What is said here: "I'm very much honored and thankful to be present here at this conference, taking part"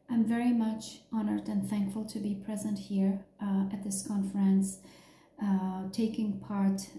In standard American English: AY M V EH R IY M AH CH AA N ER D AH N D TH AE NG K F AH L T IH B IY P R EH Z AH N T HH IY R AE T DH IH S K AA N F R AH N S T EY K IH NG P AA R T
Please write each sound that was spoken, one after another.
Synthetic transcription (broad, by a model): AY M V EH R IY M AH CH AA N ER D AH N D TH AE NG K F AH L T IH B IY P R EH Z AH N T HH IY R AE T DH IH S K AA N F R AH N S T EY K IH NG P AA R T